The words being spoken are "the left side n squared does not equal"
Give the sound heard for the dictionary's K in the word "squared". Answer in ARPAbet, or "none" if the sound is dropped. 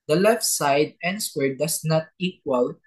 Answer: none